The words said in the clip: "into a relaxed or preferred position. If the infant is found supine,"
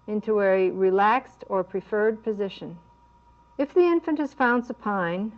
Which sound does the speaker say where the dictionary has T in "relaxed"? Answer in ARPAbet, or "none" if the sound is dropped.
T